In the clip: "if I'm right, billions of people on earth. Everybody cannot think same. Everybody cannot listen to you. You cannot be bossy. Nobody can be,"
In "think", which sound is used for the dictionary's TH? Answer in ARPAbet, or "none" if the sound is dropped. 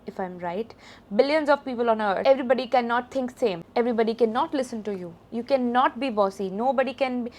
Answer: T